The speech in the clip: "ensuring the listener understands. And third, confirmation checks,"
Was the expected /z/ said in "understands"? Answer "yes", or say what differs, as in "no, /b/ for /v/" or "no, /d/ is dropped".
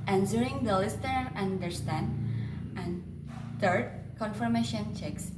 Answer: no, /z/ is dropped